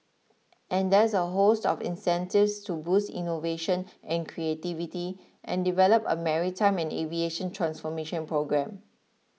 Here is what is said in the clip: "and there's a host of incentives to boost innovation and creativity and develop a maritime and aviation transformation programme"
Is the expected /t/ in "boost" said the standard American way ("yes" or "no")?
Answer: yes